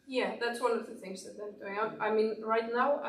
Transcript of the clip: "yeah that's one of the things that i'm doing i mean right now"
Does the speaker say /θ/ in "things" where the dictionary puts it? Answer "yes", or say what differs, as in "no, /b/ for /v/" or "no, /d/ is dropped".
yes